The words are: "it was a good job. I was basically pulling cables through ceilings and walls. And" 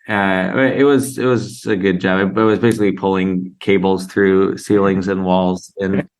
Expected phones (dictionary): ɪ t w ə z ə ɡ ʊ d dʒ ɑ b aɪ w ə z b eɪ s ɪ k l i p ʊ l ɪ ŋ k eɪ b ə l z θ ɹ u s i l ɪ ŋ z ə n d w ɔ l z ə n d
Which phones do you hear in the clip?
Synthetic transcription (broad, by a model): ɪ t w ə z ə ɡ ʊ d dʒ ɑ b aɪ w ə z b eɪ s ɪ k l i p ʊ l ɪ ŋ k eɪ b l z θ ɹ u s i l ɪ ŋ z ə n w ɔ l z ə n